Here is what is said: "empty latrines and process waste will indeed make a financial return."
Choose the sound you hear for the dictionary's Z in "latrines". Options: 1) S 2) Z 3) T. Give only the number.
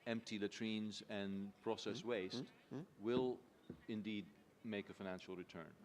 2